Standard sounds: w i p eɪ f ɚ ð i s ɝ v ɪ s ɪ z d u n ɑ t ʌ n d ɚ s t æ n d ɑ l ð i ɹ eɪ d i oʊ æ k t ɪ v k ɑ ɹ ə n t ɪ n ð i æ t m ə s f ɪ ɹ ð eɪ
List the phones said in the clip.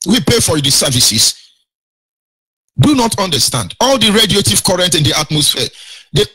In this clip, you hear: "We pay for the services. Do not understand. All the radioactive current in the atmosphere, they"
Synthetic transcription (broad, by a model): w i p eɪ f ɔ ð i s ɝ v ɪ s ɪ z d u n ɑ t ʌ n d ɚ s t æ n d ɑ l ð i ɹ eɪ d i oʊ t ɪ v k ɑ ɹ ə n t ɪ n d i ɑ t m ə s f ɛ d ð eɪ